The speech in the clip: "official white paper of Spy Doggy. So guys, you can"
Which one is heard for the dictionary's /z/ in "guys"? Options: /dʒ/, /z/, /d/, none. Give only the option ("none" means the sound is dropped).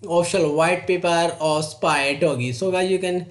none